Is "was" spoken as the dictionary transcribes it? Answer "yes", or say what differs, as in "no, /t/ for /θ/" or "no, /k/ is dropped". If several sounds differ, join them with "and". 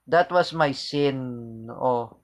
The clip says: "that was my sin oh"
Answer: no, /s/ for /z/